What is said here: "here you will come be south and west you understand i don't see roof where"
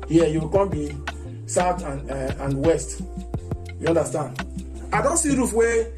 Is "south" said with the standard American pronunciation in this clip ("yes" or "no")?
no